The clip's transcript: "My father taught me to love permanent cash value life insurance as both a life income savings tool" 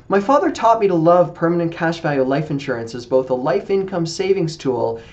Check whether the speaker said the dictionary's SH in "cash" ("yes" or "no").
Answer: yes